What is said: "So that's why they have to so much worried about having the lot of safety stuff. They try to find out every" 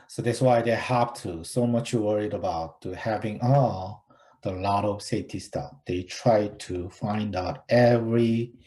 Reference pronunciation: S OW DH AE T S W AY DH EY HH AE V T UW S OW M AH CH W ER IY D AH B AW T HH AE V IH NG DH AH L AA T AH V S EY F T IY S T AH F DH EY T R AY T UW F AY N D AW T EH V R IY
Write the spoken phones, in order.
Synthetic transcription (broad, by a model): S OW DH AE T S W AY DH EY HH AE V T UW S OW M AH CH W ER IY D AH B AW T HH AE V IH NG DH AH L AA T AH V S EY T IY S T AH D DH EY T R AY T UW F AY N D AW T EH V R IY